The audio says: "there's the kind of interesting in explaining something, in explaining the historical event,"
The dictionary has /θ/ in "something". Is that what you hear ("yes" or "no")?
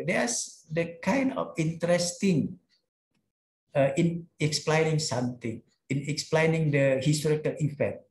no